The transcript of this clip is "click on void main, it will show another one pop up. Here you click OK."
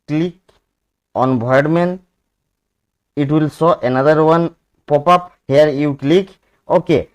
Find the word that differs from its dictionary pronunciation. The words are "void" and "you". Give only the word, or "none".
void